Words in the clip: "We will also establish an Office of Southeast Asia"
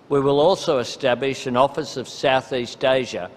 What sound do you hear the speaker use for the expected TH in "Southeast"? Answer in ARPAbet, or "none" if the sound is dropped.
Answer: TH